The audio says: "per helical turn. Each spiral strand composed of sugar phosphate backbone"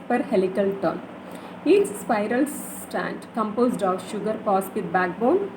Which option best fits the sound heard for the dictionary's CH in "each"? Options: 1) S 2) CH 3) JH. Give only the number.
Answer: 1